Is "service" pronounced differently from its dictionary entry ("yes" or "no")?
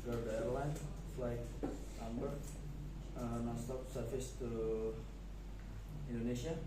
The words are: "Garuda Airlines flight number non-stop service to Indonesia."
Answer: yes